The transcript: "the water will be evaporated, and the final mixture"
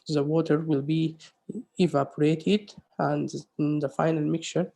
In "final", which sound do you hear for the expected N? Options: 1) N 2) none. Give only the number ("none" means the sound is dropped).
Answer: 1